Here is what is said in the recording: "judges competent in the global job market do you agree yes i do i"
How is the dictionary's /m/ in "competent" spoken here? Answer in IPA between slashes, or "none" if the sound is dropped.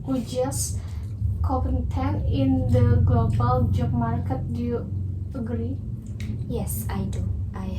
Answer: none